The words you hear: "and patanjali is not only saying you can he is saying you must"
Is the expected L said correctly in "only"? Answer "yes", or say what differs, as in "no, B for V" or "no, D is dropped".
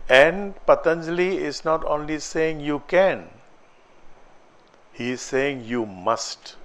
yes